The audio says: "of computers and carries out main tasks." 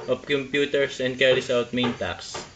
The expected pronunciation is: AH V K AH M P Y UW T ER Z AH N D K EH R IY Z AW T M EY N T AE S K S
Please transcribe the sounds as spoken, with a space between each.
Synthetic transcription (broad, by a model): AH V K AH M P Y UW T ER S AH N D K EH R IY S AW T M EY N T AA K S